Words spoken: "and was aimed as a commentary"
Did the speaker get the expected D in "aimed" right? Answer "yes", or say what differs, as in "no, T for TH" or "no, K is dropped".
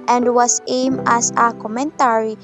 no, D is dropped